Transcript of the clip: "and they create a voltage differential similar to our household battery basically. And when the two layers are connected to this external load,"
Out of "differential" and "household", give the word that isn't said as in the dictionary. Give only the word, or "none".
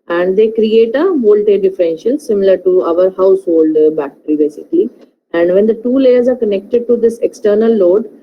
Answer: none